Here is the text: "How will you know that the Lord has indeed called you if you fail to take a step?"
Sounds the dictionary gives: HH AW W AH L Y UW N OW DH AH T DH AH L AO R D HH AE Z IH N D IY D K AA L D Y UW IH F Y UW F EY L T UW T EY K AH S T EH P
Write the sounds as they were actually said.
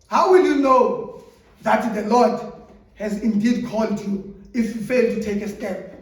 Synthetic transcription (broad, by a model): HH AW W AH L Y UW N OW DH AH T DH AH L AO D HH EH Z IH N D IY D K AA L D Y UW IH F Y UW F EY L T UW T EY K AH S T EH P